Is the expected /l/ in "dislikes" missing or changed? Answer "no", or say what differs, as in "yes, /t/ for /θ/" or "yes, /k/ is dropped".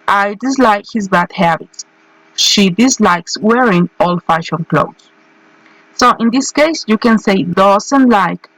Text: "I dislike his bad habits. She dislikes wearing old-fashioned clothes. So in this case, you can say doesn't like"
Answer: no